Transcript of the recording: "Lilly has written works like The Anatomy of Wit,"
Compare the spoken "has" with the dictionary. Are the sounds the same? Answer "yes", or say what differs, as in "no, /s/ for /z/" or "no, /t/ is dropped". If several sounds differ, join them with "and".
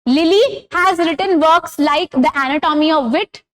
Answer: yes